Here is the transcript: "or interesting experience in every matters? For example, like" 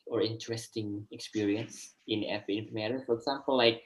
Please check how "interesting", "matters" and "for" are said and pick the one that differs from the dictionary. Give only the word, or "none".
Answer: matters